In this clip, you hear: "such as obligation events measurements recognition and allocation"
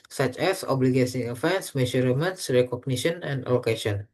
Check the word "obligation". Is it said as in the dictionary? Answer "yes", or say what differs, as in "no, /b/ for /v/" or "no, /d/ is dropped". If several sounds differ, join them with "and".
no, /s/ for /ʃ/